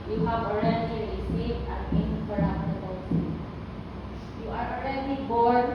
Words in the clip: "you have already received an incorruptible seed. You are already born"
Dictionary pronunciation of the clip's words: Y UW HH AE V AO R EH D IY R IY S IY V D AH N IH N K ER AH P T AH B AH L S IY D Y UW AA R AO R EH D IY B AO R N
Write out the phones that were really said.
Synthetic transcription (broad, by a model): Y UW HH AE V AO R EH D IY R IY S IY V AH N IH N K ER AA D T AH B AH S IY Y UW AA R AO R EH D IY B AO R